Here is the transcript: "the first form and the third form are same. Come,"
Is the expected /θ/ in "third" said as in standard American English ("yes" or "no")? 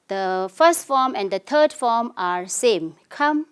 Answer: no